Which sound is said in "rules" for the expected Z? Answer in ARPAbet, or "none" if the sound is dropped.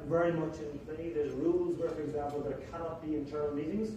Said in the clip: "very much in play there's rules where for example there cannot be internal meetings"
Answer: Z